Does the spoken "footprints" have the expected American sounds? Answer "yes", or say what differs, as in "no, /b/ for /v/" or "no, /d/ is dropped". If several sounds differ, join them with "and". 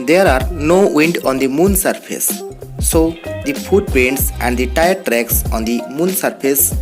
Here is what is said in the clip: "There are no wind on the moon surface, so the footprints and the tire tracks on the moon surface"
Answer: no, /ɹ/ is dropped